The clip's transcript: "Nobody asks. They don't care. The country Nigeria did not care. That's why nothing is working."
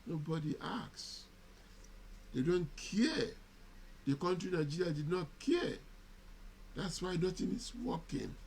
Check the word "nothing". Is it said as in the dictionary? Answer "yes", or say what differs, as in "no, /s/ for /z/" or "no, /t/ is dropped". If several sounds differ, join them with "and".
no, /t/ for /θ/